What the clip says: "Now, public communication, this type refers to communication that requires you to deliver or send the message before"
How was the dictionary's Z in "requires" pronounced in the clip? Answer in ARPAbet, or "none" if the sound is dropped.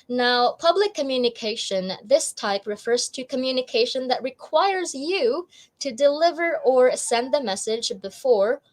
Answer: Z